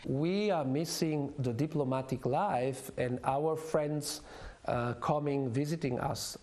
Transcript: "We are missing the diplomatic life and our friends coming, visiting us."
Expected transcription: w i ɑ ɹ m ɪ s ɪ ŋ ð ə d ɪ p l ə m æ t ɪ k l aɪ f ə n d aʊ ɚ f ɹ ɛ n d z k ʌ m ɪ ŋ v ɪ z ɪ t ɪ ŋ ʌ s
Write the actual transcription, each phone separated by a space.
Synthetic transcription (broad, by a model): w i ɑ ɹ m ɪ s ɪ ŋ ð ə d ɪ p l ə m æ t ɪ k l aɪ f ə n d aʊ ɚ f ɹ ɛ n d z k ʌ m ɪ ŋ v ɪ z ɪ t ɪ ŋ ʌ s